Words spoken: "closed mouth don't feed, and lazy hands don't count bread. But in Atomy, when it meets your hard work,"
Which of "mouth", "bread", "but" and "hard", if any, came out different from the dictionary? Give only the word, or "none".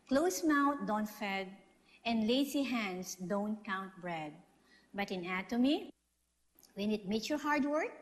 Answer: mouth